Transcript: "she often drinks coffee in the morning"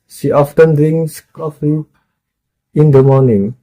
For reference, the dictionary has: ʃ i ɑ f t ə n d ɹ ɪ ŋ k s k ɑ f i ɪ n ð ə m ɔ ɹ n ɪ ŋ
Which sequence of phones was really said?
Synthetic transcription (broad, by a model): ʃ i ɑ f t ə n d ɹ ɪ ŋ s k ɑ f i ɪ n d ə m ɔ n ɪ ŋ